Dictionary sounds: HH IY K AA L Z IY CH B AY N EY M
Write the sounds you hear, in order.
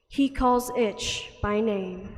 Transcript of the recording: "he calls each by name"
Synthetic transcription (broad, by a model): HH IY K AA L Z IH CH B AY N EY M